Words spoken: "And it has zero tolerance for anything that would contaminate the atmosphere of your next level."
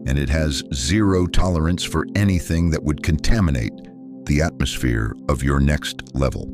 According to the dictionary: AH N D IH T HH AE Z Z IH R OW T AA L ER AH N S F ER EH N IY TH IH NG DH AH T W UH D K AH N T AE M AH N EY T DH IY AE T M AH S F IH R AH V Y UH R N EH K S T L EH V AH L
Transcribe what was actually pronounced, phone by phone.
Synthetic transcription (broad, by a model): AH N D IH T HH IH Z Z IH R OW T AA L ER AH N S F ER EH N IY TH IH NG DH AH T W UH D K AH N T AE M AH N EY T DH IY AE T M AH S F IH R AH V Y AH R N EH K S T L EH V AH L